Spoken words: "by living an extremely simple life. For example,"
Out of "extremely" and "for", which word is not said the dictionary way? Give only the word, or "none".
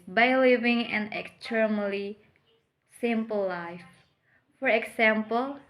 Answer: extremely